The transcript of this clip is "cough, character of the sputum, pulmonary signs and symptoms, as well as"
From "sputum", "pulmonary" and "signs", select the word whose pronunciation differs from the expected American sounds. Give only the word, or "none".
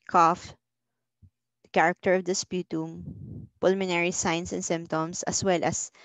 signs